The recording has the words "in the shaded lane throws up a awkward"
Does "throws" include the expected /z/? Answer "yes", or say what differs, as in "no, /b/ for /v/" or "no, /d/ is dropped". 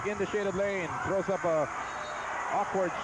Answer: yes